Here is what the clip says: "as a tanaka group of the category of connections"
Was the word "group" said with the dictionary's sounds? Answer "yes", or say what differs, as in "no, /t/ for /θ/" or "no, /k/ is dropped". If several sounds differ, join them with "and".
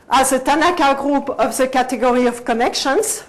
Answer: yes